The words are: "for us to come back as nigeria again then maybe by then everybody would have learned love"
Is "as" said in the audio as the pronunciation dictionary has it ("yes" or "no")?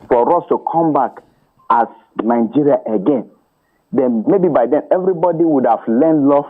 no